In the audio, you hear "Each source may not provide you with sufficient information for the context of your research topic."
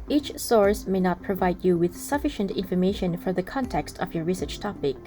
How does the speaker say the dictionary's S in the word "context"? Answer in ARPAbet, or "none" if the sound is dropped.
S